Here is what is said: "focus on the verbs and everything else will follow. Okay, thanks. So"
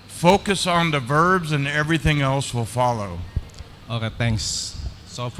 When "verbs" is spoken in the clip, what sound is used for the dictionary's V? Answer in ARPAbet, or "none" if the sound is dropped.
V